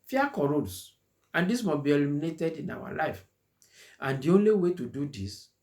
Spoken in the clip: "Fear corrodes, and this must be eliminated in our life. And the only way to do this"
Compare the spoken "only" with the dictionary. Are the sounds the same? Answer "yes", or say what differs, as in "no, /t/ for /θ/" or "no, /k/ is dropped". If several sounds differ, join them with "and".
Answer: yes